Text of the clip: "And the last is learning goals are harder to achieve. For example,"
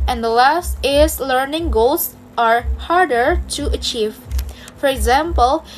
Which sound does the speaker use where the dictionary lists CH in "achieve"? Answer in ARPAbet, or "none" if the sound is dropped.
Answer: CH